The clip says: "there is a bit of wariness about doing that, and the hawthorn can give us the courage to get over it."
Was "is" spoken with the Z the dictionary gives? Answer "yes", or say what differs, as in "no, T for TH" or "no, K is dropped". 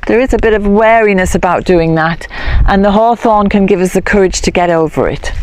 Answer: yes